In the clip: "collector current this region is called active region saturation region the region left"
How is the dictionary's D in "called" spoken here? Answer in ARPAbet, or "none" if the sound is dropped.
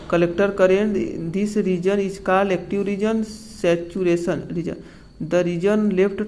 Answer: none